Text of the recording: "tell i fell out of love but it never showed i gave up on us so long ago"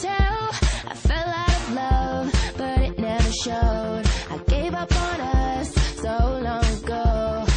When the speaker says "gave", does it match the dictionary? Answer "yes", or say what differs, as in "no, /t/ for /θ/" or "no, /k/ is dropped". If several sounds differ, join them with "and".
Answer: yes